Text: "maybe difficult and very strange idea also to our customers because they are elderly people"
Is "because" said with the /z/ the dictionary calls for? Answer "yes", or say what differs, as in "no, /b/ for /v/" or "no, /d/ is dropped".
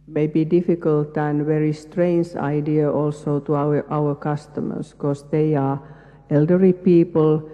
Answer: no, /s/ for /z/